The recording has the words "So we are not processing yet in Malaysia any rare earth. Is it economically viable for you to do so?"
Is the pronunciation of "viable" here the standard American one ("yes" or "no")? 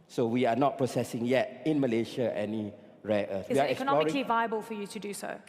yes